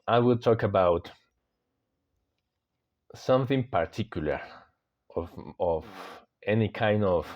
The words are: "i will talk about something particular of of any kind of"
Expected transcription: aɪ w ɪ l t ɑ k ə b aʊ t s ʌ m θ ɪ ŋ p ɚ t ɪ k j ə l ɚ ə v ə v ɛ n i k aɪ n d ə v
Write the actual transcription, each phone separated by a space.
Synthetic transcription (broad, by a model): aɪ w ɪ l t ɑ k ə b aʊ t s ʌ m θ ɪ ŋ p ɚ t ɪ k j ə l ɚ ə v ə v ɛ n i k aɪ n d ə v